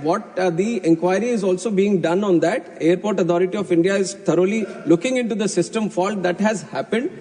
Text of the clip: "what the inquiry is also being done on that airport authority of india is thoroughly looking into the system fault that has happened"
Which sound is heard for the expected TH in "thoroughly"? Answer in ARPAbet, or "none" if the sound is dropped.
T